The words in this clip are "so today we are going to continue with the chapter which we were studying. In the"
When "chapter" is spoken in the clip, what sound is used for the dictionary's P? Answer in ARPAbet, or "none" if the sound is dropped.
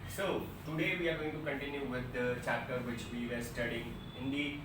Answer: none